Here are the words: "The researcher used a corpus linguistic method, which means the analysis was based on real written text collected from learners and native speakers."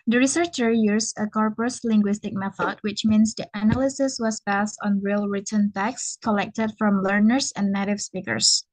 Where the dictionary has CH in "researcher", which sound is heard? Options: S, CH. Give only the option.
CH